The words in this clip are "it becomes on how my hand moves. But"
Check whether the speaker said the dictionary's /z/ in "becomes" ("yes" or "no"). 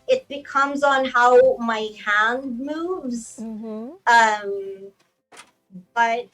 yes